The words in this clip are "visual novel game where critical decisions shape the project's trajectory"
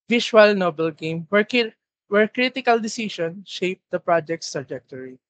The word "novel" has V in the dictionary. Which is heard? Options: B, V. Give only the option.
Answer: B